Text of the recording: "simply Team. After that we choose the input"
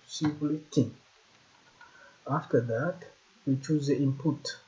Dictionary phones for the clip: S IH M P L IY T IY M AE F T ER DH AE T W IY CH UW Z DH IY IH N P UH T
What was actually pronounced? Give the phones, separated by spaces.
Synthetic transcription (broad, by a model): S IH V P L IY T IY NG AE F T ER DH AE T W IY CH UW Z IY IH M P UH T